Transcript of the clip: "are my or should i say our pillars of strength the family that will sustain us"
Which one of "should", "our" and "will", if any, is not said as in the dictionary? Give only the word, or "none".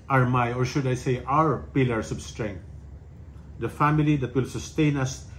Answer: none